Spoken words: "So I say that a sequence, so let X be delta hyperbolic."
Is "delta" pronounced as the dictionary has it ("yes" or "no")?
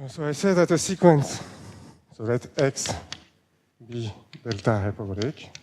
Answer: yes